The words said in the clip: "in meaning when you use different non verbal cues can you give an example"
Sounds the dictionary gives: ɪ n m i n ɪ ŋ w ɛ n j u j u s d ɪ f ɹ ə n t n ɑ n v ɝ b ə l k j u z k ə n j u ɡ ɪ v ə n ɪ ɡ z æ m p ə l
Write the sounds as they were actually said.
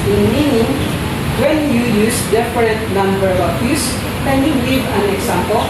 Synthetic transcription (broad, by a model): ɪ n m i n ɪ ŋ w ɛ n j u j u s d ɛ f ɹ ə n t n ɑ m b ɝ ə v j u s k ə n j u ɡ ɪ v ə n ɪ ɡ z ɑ m p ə l